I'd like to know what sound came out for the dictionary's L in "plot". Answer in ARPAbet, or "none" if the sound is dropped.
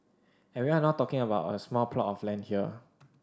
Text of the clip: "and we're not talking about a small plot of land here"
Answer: L